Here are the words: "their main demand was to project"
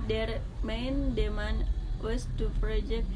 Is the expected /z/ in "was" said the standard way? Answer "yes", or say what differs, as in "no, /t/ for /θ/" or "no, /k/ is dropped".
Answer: no, /s/ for /z/